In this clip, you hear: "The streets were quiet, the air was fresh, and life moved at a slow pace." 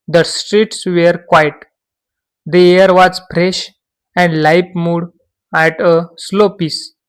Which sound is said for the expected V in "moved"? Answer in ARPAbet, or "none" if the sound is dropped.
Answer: none